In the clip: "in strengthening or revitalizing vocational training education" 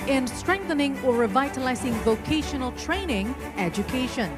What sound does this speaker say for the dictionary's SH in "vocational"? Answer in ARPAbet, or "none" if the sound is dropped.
SH